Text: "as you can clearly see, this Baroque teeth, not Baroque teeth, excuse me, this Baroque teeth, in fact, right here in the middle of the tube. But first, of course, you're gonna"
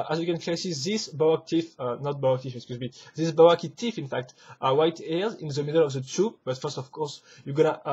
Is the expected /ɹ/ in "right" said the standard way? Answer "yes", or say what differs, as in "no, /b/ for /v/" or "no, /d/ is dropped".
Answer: no, /w/ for /ɹ/